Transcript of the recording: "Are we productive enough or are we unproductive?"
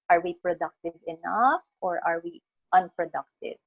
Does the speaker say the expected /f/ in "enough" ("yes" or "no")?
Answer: yes